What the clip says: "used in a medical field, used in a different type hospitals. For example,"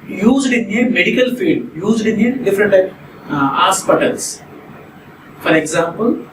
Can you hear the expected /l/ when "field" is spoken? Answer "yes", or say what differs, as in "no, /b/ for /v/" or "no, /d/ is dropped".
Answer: no, /l/ is dropped